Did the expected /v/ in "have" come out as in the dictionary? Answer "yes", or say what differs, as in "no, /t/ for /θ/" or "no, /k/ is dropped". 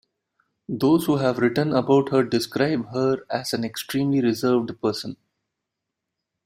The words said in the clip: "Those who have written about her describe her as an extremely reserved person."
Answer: yes